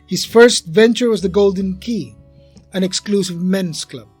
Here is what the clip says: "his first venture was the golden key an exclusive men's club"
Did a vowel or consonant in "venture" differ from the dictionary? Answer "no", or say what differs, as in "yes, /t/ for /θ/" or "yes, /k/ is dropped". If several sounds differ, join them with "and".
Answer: no